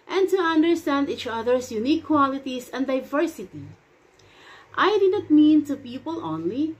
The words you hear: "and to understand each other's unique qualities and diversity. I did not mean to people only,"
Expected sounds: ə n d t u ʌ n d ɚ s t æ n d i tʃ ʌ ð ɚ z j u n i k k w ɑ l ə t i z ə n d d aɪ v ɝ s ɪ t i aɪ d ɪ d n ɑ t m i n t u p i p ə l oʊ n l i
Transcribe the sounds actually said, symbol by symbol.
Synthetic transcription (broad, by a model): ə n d t u ʌ n d ɚ s t æ n d i tʃ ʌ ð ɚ s j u n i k k w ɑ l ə t i s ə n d d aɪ v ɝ s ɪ t i aɪ d ɪ d n ɑ t m i n t u p i p ə l oʊ n l i